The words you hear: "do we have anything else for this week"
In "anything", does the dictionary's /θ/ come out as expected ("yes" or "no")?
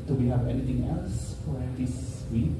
no